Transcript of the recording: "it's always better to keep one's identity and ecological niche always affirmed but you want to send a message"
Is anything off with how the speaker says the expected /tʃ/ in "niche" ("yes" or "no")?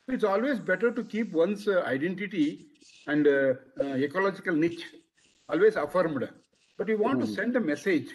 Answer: no